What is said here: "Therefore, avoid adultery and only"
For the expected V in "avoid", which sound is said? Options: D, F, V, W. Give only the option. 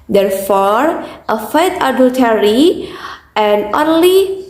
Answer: F